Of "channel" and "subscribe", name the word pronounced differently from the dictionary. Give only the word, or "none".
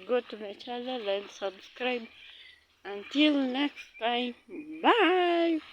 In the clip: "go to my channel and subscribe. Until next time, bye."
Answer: channel